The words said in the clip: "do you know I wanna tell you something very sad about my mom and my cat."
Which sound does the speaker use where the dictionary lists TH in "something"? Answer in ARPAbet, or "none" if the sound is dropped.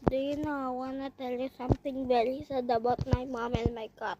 T